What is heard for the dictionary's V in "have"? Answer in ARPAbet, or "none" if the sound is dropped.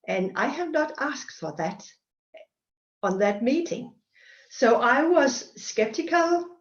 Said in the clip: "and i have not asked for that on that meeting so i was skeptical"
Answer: V